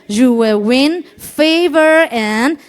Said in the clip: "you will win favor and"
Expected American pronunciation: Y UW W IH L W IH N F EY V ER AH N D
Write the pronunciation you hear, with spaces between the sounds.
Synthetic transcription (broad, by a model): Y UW W IH L W IH N F EY V ER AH N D